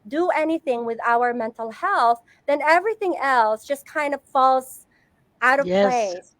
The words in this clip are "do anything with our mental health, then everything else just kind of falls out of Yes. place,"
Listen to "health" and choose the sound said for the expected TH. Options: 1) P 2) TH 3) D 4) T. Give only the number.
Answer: 2